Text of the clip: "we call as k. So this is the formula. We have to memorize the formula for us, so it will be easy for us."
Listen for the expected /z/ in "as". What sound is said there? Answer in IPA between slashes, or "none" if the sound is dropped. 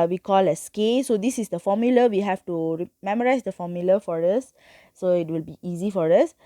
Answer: /s/